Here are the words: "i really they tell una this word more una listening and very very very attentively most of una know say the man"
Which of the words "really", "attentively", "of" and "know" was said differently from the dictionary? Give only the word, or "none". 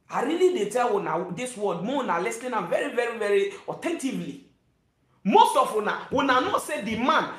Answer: of